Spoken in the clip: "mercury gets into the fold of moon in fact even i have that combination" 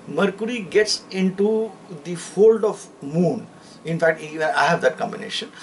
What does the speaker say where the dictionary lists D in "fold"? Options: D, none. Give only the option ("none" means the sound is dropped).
D